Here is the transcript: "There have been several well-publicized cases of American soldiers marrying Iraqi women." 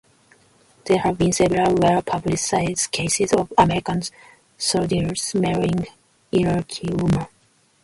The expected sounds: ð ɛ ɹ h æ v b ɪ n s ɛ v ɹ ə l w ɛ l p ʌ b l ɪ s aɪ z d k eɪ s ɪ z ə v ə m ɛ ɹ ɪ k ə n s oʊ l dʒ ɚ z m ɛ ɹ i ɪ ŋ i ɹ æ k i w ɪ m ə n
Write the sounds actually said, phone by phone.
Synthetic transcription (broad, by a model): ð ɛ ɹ h æ v b ɪ n s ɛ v ə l w ɛ l p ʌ b l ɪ s aɪ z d k eɪ s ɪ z ə v ə m ɛ ɹ ɪ k ə n s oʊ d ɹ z m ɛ ɹ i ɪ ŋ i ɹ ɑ k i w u m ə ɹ